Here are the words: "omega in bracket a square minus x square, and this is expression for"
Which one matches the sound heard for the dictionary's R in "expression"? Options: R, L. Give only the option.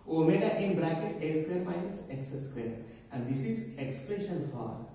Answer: L